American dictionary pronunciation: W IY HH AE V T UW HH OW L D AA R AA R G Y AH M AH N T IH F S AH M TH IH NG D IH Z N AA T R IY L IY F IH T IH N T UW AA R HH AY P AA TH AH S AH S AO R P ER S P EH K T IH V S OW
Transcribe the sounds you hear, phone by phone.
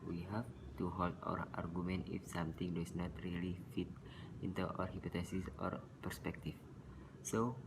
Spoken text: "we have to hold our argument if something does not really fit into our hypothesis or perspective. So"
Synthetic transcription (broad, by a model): W IY HH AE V T UW HH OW L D AA R AA R G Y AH M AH N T IH F S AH M T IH NG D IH S N AA T R IY L IY F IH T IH N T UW AA R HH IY P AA T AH S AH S AO R P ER S P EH K T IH F S OW